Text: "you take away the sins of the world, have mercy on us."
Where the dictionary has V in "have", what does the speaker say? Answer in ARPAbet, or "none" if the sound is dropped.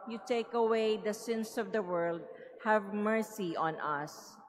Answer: V